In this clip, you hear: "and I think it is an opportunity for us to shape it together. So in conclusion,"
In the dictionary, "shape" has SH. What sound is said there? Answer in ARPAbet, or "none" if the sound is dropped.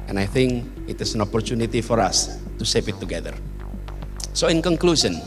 S